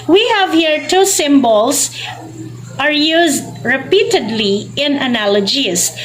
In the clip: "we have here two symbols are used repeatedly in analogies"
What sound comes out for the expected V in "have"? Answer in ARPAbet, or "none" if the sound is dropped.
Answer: V